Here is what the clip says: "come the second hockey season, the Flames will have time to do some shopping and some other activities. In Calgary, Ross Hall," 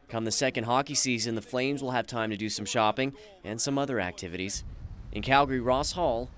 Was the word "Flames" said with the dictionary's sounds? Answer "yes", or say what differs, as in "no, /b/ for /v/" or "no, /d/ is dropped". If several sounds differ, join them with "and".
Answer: yes